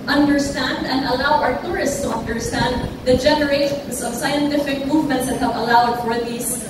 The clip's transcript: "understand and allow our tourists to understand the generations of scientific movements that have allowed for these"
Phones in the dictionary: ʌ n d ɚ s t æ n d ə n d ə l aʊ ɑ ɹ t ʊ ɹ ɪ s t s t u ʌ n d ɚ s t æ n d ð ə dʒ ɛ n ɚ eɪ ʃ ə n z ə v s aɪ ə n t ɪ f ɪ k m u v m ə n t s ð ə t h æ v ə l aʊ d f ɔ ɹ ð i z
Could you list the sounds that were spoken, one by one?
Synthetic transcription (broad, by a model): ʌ n d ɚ s t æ n d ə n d ə l aʊ ɑ ɹ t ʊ ɹ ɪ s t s t u ʌ n d ɚ s t æ n d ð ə dʒ ɛ n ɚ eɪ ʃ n s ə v s aɪ ə n t ɪ f ɪ k m u v m ə n t s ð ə t h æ v ə l aʊ d f ɔ ɹ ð i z